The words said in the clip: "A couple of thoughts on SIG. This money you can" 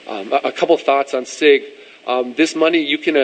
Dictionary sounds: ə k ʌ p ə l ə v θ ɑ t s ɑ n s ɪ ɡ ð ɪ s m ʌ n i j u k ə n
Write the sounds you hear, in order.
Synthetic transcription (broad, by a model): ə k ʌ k ə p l θ ɑ t s n s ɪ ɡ ð ɪ s m ʌ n i j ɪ k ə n